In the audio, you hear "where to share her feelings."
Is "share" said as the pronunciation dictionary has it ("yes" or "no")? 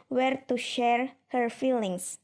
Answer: yes